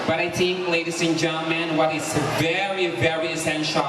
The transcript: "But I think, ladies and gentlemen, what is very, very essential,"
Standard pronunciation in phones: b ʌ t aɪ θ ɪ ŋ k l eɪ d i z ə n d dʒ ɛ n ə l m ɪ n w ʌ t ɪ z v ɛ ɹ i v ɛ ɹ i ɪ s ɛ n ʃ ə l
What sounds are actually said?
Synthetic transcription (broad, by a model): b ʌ t aɪ t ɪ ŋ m l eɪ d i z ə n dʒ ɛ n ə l m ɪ n w ʌ t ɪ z v ɛ ɹ i v ɛ ɹ i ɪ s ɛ n ʃ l